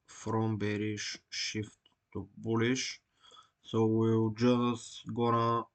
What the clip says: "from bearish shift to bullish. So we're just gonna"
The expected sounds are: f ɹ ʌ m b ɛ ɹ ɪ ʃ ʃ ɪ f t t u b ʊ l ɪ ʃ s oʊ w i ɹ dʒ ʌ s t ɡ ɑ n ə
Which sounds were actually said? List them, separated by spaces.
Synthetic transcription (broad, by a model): f ɹ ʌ m b ɛ ɹ ɪ ʃ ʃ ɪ f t t u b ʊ l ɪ ʃ s oʊ w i l dʒ ʌ s t ɡ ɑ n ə